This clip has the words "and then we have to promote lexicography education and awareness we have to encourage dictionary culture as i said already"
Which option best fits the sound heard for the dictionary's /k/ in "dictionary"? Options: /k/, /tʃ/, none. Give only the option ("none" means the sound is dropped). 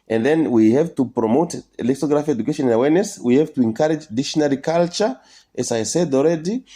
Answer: none